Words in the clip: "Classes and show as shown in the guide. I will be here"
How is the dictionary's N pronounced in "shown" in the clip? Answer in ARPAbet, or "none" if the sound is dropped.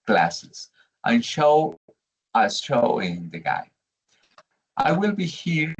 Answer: none